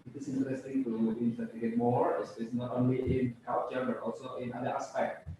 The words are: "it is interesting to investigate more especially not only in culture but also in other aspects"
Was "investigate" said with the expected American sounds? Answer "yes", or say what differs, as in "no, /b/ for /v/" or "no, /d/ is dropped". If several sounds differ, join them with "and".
no, /s/ is dropped